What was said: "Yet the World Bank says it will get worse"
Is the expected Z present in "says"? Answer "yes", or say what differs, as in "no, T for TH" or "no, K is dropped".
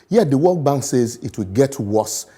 yes